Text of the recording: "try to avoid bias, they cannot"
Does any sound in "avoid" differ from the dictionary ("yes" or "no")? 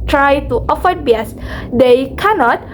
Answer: yes